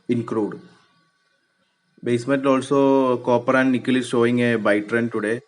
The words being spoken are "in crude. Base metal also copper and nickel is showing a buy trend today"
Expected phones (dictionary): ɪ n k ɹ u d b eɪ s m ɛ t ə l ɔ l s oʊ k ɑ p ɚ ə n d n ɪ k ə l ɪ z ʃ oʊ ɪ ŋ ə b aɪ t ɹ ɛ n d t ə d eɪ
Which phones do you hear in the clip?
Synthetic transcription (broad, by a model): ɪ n k ɹ u d b eɪ s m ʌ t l ɔ l s oʊ k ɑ p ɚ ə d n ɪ k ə l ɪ ʃ oʊ ɪ ŋ ə b aɪ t ɹ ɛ n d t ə d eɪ